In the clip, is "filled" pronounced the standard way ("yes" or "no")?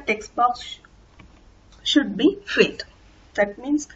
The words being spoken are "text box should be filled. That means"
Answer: no